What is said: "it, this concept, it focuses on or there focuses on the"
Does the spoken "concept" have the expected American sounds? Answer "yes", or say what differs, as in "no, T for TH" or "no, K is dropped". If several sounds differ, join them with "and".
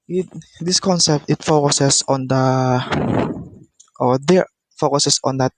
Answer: yes